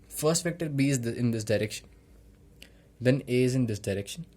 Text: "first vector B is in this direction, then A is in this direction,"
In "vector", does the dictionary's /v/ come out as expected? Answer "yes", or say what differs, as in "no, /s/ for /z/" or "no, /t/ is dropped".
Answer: no, /f/ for /v/